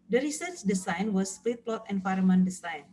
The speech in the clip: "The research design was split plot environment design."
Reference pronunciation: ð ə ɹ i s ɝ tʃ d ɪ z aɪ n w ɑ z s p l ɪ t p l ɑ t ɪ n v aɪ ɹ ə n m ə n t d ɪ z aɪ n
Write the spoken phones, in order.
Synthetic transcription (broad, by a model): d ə ɹ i s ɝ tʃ d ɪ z aɪ n w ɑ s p l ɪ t p l ɑ t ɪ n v aɪ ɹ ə m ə n d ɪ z aɪ n